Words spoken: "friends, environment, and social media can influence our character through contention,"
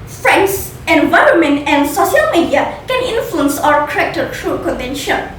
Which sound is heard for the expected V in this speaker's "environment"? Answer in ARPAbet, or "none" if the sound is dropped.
V